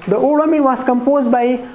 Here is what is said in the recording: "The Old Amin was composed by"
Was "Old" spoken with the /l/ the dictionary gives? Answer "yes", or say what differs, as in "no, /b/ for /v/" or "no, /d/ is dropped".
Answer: no, /l/ is dropped